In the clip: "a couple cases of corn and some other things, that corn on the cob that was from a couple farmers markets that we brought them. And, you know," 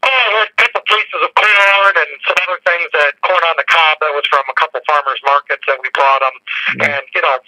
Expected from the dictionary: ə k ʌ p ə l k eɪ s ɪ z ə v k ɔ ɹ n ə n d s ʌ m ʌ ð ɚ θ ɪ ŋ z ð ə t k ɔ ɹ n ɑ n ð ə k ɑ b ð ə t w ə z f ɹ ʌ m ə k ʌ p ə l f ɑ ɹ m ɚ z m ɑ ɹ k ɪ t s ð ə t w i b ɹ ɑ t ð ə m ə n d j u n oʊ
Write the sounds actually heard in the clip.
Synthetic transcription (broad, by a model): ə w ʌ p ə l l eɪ s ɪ z ə v k ɔ ɹ n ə n s ʌ m ʌ ð ɚ θ ɪ ŋ z ð ə t k ɔ ɹ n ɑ n ð ə k ɑ b ð ə t w ə z f ɹ ʌ m ə k ʌ p l f ɑ ɹ m ɚ z m ɑ ɹ k ɪ t s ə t w i b ɹ ɑ t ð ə m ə n j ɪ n oʊ